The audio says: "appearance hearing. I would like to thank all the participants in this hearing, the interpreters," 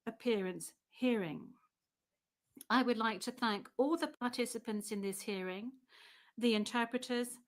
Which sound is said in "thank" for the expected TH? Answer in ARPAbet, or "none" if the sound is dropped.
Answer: TH